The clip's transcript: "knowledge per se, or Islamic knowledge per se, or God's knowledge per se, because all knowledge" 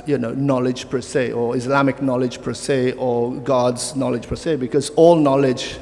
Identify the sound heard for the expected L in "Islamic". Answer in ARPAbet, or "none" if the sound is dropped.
L